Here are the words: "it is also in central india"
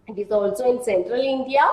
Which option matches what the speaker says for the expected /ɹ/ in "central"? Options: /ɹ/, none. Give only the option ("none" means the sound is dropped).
/ɹ/